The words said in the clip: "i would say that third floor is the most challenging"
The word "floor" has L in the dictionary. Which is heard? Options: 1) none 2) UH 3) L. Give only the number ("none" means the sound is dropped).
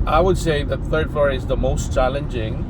1